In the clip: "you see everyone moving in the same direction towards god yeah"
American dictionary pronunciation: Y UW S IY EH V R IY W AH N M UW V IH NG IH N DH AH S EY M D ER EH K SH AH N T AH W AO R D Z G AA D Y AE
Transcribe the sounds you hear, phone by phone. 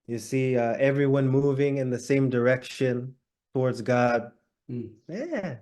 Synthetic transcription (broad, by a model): Y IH S IY EH V R IY W AH N M UW V IH NG IH N DH AH S EY M D ER EH K SH AH N T AH W AO R D Z G AA D Y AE